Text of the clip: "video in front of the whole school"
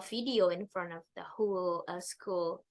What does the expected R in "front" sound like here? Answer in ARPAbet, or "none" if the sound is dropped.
R